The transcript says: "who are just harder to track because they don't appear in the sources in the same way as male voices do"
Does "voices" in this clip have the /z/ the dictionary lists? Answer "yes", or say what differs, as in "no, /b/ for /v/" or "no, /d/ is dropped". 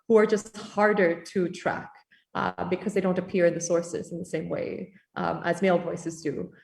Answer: yes